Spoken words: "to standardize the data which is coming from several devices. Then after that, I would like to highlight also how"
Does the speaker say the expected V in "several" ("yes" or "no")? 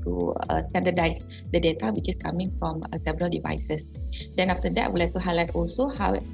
no